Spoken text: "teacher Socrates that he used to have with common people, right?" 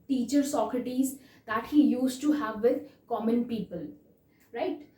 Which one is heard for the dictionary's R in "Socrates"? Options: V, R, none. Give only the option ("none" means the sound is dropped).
R